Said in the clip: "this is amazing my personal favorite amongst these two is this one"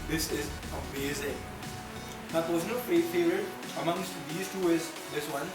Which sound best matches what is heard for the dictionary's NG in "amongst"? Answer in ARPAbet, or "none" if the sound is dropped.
NG